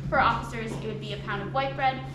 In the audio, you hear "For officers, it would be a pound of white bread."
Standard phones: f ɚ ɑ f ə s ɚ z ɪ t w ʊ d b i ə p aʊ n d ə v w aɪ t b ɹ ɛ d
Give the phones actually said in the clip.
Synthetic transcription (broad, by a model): f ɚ ɑ f ə s ɚ z ɪ t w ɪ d b i ə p aʊ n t ə v w aɪ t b ɹ ɛ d